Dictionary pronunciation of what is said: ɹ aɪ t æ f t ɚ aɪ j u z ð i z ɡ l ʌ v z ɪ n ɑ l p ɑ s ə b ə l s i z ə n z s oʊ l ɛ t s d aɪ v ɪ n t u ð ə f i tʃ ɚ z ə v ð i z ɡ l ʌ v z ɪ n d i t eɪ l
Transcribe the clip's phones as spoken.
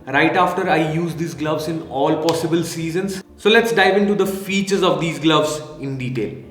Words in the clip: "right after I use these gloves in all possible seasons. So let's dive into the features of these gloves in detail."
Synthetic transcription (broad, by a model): ɹ aɪ t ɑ f t ɚ aɪ j u z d i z ɡ l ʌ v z ɪ n ɑ l p ɑ s ə b ə l s i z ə n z s oʊ l ɛ t s d aɪ v ɪ n t u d ə f i tʃ ɚ z ə v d i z ɡ l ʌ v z ɪ n d i t eɪ l